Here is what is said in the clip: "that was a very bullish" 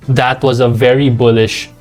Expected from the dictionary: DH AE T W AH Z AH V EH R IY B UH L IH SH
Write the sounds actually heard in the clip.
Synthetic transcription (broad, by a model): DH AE T W AH Z AH V EH R IY B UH L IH SH